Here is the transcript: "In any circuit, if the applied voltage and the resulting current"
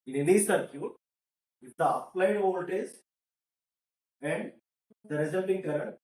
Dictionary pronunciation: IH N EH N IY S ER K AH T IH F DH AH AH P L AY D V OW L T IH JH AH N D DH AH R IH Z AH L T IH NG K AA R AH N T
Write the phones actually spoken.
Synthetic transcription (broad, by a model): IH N EH N IY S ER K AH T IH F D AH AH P L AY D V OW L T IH Z AH N D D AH R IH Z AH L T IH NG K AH R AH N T